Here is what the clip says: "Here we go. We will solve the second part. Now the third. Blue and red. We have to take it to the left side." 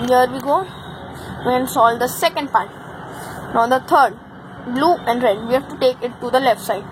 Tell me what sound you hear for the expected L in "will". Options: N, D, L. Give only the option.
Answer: N